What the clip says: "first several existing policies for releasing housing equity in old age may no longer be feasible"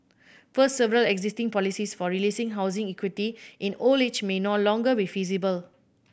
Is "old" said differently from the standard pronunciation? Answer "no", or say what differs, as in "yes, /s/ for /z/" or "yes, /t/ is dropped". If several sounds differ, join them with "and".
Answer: yes, /d/ is dropped